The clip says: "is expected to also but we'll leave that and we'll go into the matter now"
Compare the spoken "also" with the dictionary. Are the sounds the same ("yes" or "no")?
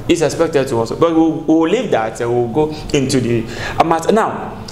no